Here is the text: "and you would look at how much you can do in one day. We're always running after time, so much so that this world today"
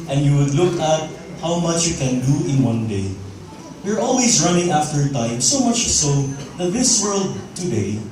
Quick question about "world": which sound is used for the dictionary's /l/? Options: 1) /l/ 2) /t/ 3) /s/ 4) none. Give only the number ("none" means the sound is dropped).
1